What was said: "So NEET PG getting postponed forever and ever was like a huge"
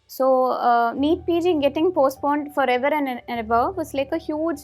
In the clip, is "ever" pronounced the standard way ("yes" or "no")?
no